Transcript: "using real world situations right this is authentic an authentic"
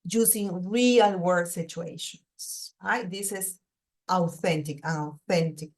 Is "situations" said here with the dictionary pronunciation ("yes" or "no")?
no